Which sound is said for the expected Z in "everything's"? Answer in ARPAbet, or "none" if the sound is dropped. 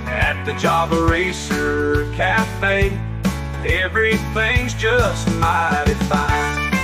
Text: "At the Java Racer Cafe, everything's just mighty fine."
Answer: Z